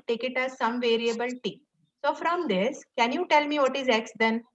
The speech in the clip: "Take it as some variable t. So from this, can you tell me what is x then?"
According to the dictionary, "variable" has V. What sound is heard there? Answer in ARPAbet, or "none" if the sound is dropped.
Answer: V